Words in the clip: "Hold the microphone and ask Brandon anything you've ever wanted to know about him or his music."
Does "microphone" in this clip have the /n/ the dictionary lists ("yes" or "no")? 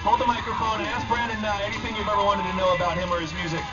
no